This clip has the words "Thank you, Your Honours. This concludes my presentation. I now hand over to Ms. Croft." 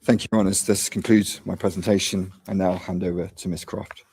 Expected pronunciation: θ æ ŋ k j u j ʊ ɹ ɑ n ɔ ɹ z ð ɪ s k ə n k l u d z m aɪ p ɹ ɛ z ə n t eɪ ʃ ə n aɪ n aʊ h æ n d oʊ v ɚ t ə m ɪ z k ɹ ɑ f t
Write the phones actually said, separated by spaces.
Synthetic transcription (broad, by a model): θ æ ŋ k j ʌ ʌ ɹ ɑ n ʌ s ð ɪ s k ə n k l u d z m aɪ p ɹ ɛ z ə n t eɪ ʃ ə n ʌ n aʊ h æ n d oʊ v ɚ t ə m ɪ s k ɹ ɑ f t